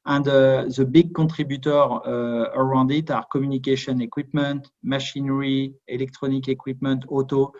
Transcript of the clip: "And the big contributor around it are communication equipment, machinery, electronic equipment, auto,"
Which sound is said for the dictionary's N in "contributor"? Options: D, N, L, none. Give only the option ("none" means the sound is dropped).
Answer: none